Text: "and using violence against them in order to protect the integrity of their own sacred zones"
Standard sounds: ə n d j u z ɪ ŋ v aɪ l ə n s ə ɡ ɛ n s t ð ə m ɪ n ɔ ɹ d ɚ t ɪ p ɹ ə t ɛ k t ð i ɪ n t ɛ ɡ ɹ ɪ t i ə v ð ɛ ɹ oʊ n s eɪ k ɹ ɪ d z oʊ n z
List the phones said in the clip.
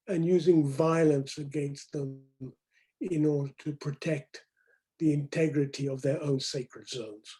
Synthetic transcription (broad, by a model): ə n j u z ɪ ŋ v aɪ l ə n s ə ɡ ɛ n s t ð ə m ɪ n ɔ ɹ d ɚ t ɪ p ɹ ə t ɛ k t ð i ɪ n t ɛ ɡ ɹ ɪ t i ə v ð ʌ ɹ oʊ n s eɪ k ɹ ɪ d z oʊ n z